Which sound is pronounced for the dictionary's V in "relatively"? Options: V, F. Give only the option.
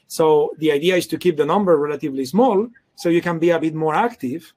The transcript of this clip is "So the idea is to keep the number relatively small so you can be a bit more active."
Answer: V